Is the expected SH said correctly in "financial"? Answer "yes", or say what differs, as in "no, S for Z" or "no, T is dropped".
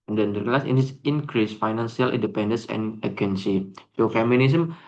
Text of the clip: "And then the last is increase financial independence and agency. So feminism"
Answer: no, S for SH